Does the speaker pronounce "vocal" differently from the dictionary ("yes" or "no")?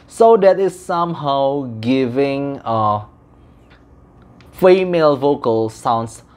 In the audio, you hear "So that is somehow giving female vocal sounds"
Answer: no